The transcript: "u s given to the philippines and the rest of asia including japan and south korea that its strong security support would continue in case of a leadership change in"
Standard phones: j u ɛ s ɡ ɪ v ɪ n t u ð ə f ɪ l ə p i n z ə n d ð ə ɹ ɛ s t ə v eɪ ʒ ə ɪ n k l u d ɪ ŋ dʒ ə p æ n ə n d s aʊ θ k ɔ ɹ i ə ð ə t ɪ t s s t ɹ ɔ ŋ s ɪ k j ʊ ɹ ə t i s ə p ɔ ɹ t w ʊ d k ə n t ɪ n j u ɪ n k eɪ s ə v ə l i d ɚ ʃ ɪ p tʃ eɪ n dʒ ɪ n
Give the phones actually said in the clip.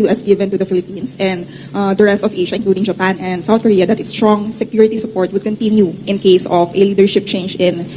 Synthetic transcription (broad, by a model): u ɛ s ɡ ɪ v ɪ n t u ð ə f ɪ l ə p i n s ə n d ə ɹ ɛ s t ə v eɪ ʃ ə ɪ n k l u d ɪ ŋ dʒ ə p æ n ə n d s aʊ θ k ɔ ɹ i ə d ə t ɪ t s s t ɹ ɔ ŋ s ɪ k j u ɹ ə t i s ə p ɔ ɹ t w ʊ d k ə n t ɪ n j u ɪ n k eɪ s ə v ə l i d ɚ ʃ ɪ p tʃ eɪ n dʒ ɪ n